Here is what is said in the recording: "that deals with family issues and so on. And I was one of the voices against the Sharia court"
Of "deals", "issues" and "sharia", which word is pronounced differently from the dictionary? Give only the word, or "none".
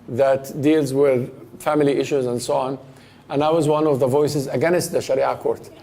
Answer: none